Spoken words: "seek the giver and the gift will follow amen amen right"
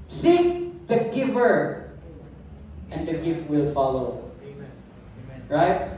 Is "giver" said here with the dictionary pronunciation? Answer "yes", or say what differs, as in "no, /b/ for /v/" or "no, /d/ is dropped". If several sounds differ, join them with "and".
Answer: yes